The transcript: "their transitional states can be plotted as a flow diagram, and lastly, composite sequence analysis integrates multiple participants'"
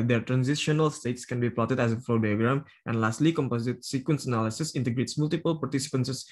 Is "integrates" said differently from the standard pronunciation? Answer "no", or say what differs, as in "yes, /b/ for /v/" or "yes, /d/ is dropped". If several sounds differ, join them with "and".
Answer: no